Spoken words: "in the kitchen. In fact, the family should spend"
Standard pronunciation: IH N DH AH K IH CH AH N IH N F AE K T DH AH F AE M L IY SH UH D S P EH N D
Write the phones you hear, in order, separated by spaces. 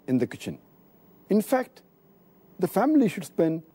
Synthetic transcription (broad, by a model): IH N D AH K IH CH AH N IH N F AE K T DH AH F AE M L IY SH UH D S P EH N D